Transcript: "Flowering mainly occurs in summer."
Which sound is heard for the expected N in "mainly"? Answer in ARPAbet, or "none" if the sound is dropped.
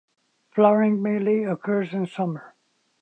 none